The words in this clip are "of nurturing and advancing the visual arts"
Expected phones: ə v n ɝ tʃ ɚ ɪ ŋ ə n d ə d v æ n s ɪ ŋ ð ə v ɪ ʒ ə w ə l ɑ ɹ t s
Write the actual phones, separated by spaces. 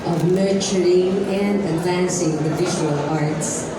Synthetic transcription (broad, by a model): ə v n ɝ tʃ ɚ ɪ ŋ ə n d ə d v æ n s ɪ ŋ ð ə v ɪ ʒ ə w ə l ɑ ɹ t s